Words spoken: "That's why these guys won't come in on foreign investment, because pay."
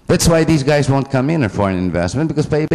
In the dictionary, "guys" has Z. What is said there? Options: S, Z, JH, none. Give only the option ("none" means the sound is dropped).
Z